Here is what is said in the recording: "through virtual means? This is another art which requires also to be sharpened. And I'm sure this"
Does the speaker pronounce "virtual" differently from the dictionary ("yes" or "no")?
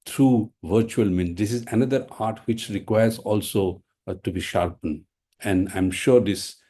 no